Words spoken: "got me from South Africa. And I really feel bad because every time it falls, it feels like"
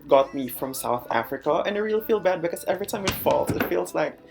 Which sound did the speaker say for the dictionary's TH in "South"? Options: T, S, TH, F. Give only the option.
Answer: TH